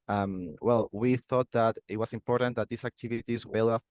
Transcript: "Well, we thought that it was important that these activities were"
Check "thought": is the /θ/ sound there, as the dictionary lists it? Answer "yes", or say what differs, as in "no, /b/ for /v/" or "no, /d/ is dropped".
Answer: yes